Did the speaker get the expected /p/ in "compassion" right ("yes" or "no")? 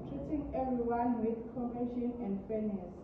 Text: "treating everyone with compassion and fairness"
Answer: no